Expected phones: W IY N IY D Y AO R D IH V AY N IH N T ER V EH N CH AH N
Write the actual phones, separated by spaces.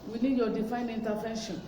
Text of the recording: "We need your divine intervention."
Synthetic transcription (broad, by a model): W IY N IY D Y AO D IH F AY N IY N T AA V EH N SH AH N